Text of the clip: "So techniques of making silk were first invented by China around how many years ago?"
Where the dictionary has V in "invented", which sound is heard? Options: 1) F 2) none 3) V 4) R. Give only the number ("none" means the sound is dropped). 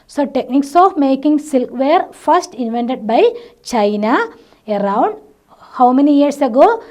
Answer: 3